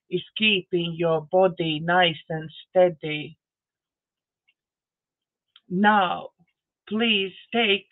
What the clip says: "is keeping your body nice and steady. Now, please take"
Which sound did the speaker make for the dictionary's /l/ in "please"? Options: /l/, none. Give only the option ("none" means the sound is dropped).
/l/